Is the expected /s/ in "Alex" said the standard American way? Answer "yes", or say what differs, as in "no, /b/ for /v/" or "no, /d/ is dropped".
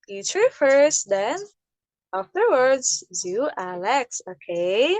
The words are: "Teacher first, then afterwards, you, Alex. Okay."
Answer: yes